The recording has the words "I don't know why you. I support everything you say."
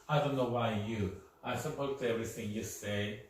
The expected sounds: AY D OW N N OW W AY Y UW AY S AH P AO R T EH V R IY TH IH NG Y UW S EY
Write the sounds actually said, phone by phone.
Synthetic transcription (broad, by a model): AY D OW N N OW W AY Y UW AY S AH P AO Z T EH V R IY TH IH NG Y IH S EY